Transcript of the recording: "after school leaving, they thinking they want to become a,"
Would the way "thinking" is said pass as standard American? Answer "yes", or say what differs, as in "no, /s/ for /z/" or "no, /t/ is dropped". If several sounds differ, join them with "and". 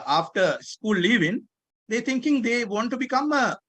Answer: no, /t/ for /θ/